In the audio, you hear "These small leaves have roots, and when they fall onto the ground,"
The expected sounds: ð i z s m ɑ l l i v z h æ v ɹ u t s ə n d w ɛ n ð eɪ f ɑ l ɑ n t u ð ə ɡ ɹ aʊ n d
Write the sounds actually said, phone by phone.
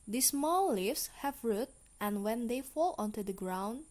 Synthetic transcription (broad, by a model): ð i s m ɑ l l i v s h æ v ɹ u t ə n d w ɛ n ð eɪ f ɑ l ɑ n t u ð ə ɡ ɹ aʊ n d